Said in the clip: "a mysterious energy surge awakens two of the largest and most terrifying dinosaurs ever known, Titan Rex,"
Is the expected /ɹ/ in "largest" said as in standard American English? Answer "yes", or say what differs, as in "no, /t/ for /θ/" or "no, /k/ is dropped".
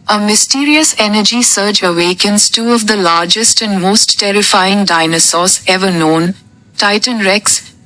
yes